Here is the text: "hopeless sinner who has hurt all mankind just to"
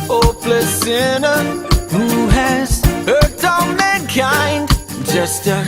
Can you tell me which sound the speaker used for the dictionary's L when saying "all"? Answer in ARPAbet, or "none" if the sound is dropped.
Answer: N